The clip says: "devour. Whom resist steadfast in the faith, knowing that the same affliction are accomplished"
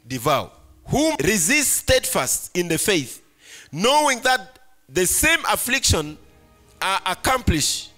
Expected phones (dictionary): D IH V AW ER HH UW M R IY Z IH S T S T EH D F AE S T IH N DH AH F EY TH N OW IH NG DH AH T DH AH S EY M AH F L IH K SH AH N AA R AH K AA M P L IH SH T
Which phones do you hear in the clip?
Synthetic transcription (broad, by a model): D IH V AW HH UW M R IY Z IH S T S T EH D F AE S T IH N DH AH F EY TH N OW IH NG DH AH T DH AH S EY M AH F L IH K SH AH N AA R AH K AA M P L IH SH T